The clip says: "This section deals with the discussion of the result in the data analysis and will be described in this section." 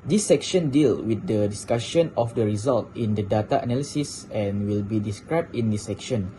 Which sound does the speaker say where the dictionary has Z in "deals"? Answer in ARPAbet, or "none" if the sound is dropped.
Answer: none